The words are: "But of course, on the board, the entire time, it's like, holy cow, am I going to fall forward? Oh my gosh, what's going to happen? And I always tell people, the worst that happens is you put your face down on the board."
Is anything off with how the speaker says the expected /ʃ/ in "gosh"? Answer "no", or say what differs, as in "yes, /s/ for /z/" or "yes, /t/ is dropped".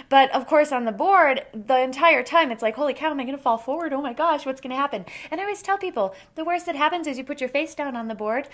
no